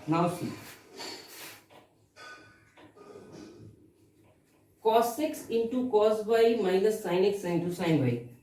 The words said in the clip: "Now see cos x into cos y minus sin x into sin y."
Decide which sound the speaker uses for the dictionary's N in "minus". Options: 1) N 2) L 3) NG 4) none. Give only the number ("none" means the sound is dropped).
2